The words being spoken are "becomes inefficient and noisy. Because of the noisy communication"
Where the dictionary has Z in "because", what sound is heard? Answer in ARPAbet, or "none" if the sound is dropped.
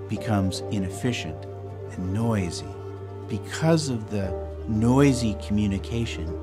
Z